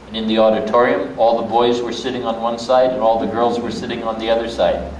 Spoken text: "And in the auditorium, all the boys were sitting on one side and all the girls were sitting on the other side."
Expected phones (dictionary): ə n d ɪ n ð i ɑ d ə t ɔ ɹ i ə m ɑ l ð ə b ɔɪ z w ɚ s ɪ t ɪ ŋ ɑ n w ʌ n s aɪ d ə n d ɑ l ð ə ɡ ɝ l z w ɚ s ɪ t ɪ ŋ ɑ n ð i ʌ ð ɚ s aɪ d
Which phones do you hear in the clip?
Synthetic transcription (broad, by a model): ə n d ɪ n ð i ɑ d ə t ɔ ɹ i ə m ɑ l ð ə b ɔɪ z w ɚ s ɪ t ɪ ŋ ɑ n w ʌ n s aɪ d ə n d ɑ l ð ə ɡ ɝ l z w ɚ s ɪ t ɪ ŋ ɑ n ð i ʌ ð ɚ s aɪ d